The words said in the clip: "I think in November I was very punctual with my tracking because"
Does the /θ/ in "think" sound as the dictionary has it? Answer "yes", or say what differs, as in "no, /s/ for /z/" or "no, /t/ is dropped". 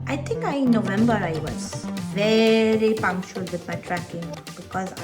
no, /t/ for /θ/